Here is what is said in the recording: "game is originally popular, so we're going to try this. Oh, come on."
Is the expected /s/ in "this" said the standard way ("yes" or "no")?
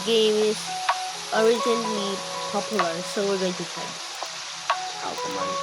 no